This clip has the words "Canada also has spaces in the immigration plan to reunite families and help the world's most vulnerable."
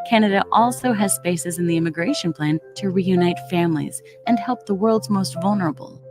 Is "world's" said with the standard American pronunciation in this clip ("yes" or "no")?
yes